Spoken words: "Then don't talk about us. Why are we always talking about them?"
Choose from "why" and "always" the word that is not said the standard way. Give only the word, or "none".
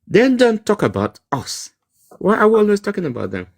always